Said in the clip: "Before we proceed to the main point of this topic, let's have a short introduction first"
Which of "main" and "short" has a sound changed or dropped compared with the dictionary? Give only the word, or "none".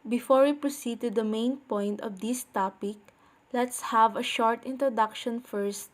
none